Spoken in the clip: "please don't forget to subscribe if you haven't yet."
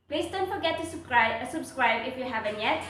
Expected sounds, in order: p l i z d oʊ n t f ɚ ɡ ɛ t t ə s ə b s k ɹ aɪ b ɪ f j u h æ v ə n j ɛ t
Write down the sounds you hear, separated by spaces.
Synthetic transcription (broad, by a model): p l i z d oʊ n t f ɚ ɡ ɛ t s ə s ə b s k ɹ aɪ b ɪ f j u h æ v ə n j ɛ t